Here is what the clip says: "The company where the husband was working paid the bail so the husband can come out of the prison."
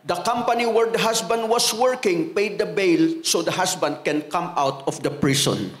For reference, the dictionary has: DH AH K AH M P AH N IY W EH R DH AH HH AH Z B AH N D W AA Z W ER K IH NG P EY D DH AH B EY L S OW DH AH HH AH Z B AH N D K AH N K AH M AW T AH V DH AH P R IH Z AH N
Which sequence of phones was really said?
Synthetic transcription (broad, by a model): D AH K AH M P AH N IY W EH R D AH HH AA S B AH N D W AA S W ER K IH NG P EY D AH B EY L S OW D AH HH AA S B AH N D K AH N K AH M AW T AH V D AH P R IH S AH N